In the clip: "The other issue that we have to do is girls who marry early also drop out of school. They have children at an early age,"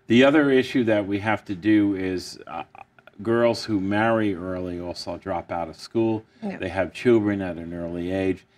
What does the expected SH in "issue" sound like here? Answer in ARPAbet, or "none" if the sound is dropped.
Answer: SH